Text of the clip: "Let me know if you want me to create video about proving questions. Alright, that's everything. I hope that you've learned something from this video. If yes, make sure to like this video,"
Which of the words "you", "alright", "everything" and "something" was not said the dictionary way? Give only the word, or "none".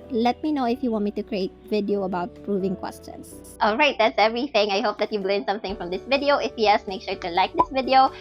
none